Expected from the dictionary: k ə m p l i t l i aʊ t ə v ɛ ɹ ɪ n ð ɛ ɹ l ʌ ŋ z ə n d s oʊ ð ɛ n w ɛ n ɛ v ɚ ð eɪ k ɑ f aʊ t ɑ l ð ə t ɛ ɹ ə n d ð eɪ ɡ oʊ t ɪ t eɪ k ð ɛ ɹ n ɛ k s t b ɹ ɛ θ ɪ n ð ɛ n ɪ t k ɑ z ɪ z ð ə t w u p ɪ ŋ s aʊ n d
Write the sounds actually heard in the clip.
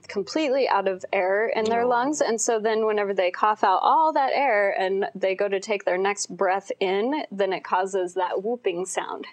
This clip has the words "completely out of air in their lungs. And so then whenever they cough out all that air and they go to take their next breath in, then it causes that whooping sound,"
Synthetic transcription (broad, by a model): k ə m p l i t l i aʊ t ə v ɛ ɹ ɪ n ð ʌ ɹ l ʌ ŋ z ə n s oʊ ð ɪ n w ɛ n ɛ v ɚ ð eɪ k ɑ f aʊ t ɑ l ð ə t ɛ ɹ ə n ð eɪ ɡ oʊ t ɪ t eɪ k ð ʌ ɹ n ɛ k s t b ɹ ɛ θ ɪ n ð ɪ n ɪ t k ɑ z ɪ z ð ə t w u p ɪ ŋ s aʊ n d